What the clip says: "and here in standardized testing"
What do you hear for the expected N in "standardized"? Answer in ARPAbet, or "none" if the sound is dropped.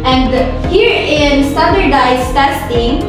none